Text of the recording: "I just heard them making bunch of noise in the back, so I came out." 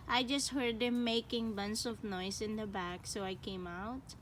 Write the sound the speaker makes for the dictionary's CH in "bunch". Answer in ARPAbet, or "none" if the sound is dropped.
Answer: S